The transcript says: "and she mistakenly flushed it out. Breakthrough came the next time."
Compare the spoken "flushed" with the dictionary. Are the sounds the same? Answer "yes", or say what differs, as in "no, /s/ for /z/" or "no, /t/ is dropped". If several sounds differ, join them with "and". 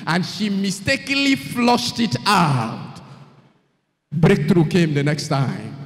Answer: yes